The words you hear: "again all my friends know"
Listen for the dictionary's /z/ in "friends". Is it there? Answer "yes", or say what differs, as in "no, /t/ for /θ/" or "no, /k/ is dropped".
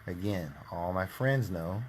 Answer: yes